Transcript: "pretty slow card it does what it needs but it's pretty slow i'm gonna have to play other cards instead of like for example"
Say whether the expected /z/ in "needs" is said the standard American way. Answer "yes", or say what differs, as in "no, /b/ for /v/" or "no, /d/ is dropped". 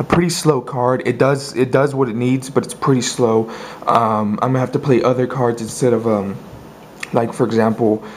yes